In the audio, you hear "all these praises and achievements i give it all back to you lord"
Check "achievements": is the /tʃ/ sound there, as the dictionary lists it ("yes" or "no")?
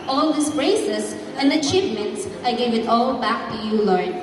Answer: yes